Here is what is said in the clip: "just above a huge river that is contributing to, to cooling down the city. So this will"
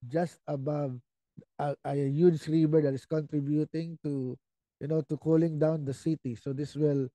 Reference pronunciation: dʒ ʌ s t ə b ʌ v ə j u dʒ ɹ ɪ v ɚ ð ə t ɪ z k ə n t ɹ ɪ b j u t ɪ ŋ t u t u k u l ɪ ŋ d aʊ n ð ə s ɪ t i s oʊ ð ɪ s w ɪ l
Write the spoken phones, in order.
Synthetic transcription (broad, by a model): dʒ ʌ s t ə b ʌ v ə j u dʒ ɹ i b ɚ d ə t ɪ s k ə n t ɹ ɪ b j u t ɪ ŋ t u t u k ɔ l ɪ ŋ d aʊ n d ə s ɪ t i s oʊ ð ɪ s w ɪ l